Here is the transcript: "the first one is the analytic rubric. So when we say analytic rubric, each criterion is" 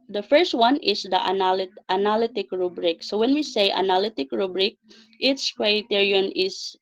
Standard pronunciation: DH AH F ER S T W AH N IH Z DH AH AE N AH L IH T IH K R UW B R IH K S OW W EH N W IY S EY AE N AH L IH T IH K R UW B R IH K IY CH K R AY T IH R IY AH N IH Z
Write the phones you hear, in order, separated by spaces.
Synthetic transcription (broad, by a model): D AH F ER S T W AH N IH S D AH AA N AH L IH T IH K R UW B R IH K S OW W EH N W IY S EY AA N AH L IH T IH K R UW B R IH K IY S K R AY T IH R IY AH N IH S